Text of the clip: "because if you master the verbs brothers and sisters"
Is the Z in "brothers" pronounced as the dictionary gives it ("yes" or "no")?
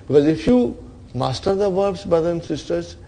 no